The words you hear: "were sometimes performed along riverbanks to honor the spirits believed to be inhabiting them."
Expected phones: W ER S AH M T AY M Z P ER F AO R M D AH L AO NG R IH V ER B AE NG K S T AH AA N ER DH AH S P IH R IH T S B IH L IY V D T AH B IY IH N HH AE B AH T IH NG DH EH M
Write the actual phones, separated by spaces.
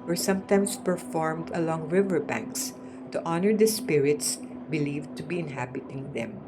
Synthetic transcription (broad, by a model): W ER S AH M T AY M S P ER F AO R M D AH L AO NG R IH V ER B AE NG K S T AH AA N ER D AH S P IH R IH T S B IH L IY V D T AH B IY IH N HH AE B AH T IH NG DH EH M